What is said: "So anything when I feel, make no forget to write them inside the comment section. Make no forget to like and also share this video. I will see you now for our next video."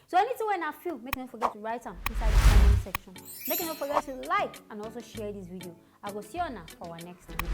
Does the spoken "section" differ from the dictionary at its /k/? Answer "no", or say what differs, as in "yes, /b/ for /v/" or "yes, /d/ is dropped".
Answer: no